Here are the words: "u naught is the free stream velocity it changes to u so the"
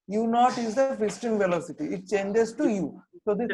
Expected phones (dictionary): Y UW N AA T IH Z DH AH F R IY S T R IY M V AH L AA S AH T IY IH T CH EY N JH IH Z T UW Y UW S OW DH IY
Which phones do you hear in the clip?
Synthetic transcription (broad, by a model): Y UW N AA T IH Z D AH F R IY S T IY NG V AH L AA S AH T IY IH T CH EY N JH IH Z T UW Y UW S OW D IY